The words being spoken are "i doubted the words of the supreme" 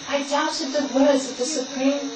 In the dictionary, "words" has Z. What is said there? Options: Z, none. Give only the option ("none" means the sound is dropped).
Z